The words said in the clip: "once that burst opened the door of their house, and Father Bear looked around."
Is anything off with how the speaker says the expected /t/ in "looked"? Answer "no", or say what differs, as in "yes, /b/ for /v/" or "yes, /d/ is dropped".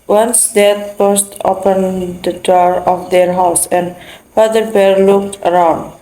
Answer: no